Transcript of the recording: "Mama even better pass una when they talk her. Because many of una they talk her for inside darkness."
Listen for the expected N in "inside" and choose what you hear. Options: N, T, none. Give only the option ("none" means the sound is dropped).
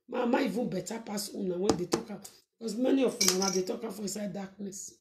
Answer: none